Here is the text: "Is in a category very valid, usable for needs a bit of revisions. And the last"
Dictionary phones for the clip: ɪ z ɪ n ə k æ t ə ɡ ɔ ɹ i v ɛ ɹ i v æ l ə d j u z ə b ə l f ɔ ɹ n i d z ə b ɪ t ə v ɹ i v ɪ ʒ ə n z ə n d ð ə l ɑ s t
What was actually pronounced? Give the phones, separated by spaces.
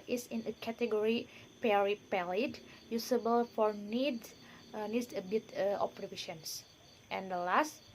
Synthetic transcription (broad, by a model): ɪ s ɪ n ə k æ t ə ɡ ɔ ɹ i p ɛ ɹ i p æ l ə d j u s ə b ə l f ɔ ɹ n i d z ə b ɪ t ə p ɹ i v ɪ ʃ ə n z ə n d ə l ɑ s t